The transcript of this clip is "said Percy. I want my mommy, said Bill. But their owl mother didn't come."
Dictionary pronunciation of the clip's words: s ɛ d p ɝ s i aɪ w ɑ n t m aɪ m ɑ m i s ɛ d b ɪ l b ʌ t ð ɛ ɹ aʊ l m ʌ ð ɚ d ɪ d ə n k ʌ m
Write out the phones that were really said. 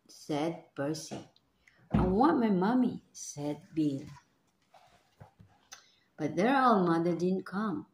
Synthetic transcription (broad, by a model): s ɛ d b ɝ s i aɪ w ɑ n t m aɪ m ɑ m i s ɛ d b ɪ l b ʌ t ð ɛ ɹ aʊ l m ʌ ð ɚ d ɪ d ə n k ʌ m